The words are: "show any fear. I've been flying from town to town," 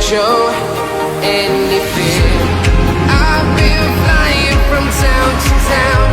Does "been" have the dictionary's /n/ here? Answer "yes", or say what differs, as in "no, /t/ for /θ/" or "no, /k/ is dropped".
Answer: no, /l/ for /n/